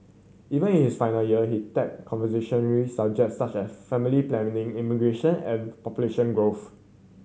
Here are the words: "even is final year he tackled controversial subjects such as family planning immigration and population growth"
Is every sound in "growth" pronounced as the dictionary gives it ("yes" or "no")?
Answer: no